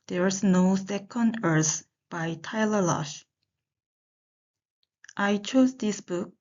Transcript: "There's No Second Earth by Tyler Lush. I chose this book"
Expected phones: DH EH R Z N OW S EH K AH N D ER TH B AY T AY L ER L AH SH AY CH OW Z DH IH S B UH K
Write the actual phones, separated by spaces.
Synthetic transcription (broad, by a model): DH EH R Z N OW S EH K AH N D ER S B AY T AY L ER L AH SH AY CH OW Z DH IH S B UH K